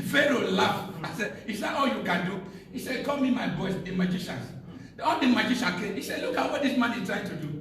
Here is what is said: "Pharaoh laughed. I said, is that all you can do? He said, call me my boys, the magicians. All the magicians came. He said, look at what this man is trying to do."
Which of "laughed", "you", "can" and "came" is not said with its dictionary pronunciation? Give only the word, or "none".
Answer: laughed